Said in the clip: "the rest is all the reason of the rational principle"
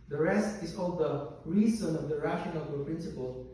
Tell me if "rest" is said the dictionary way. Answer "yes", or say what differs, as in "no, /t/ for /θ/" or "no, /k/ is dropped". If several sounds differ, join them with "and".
yes